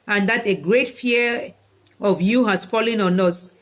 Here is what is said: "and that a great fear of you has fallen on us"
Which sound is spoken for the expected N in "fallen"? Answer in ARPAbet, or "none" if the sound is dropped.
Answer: N